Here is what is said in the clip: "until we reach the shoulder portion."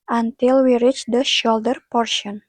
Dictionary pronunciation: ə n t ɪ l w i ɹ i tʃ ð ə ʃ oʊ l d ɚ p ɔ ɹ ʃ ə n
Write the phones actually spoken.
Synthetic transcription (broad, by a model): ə n t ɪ l w i ɹ i tʃ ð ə ʃ oʊ l d ɚ p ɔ ɹ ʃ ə n